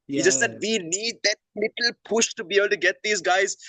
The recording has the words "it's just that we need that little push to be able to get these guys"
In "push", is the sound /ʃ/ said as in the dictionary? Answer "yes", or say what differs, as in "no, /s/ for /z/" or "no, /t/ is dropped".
yes